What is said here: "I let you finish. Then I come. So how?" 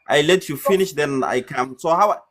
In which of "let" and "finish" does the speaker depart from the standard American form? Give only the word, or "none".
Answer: none